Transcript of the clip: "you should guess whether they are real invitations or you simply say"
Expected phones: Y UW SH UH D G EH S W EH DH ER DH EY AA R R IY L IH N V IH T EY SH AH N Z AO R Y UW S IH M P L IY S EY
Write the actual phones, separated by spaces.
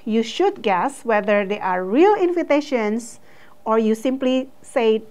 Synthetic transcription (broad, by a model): Y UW SH UH D G EH S W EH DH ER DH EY AA R R IY L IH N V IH T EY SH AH N S AO R Y UW S IH M P L IY S EY